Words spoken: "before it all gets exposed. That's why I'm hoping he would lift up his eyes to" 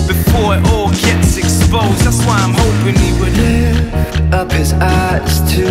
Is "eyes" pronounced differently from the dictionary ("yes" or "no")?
yes